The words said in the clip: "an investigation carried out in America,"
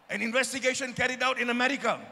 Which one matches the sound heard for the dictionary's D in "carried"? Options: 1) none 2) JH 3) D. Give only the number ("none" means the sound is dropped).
3